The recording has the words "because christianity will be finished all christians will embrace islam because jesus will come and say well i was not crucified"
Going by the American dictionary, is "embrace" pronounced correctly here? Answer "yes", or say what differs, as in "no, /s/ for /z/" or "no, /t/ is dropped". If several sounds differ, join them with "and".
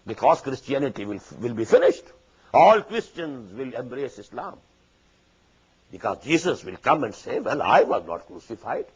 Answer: yes